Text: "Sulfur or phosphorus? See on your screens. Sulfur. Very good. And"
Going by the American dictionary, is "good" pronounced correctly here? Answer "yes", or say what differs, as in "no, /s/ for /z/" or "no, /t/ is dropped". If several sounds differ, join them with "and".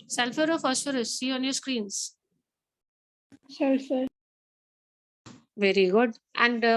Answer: yes